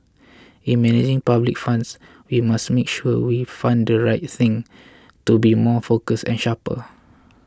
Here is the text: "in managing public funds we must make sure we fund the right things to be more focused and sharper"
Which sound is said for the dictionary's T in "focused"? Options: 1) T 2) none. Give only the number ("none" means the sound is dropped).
2